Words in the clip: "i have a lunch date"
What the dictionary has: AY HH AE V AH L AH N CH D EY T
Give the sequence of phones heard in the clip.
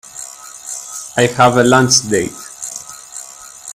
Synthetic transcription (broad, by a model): AY HH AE V AH L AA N S D EY T